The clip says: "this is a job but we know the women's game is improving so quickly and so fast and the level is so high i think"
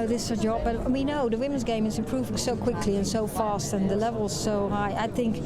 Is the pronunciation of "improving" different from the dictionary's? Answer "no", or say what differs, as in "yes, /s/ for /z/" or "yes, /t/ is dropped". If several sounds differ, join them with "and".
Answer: yes, /m/ is dropped